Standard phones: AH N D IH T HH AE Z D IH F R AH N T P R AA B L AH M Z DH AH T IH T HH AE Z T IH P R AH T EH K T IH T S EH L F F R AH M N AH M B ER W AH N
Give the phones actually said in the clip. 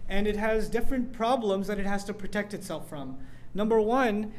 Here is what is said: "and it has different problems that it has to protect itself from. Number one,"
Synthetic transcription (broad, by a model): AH N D IH T HH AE Z D IH F R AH N P R AA B L AH M Z DH AH T IH T HH AE Z T IH P R AH T EH K T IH T S EH L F F R AH M N AH M B ER W AH N